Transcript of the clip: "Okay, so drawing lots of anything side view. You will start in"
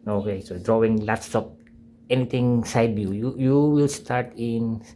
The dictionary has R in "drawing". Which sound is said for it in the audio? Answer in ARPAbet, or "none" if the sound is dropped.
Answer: R